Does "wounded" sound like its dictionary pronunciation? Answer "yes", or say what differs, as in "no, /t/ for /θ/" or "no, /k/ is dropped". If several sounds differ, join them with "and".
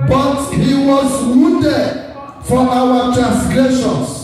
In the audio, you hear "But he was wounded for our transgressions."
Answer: no, /n/ is dropped